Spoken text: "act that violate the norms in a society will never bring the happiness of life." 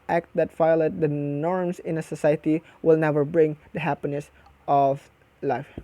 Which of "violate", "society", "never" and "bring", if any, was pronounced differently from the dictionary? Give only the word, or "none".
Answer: violate